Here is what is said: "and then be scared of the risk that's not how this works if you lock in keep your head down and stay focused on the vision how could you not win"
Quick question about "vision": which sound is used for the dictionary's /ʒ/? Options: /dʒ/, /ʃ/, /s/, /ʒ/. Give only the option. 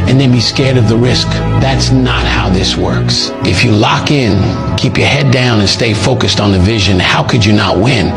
/ʒ/